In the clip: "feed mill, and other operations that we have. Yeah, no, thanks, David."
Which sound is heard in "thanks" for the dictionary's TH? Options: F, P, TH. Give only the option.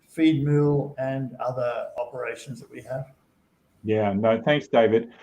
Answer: TH